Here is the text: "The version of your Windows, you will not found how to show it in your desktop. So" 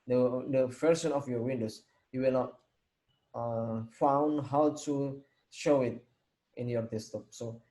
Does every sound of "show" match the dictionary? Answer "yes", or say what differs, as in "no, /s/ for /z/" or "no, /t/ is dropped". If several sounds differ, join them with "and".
yes